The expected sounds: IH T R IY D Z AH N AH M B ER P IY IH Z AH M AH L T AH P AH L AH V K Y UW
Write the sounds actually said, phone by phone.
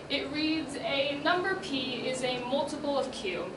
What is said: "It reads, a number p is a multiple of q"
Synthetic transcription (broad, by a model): IH T R IY D Z AH N AH M B ER P IY IH Z AH M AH L T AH P L AH V K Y UW